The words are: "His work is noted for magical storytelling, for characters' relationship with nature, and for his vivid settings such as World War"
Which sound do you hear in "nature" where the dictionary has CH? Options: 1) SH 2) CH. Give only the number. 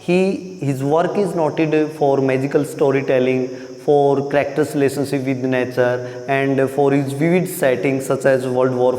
2